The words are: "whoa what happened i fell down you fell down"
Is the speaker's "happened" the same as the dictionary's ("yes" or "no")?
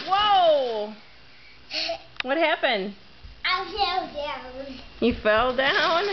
yes